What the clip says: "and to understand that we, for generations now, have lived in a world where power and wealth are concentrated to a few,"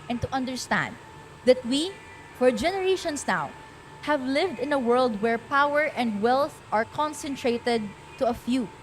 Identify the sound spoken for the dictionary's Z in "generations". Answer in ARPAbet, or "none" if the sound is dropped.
S